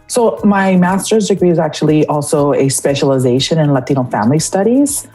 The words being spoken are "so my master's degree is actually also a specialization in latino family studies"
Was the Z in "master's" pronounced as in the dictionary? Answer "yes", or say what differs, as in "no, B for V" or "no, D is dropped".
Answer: yes